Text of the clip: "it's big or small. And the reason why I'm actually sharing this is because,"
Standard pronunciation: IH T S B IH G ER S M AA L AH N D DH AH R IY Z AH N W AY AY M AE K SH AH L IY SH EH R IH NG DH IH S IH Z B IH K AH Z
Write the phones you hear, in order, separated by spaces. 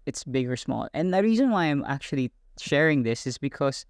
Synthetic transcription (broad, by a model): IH T S B IH G ER S M AA L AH N DH AH R IY Z AH N W AY AY M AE K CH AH L IY SH EH R IH NG DH IH S IH Z B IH K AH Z